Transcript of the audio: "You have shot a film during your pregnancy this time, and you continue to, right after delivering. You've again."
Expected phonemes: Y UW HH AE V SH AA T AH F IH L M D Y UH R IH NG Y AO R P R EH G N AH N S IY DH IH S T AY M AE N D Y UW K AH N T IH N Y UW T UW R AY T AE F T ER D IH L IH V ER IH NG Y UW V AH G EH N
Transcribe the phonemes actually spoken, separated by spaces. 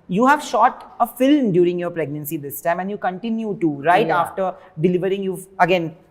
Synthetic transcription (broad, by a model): Y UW HH AE V SH AA T AH F IH L M D Y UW R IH NG Y AO R P R EH G N AH N S IY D IH S T AY M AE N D Y UW K AH N T IH N Y UW T UW R AY AA F T ER D IH L IH V ER IH NG Y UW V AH G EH N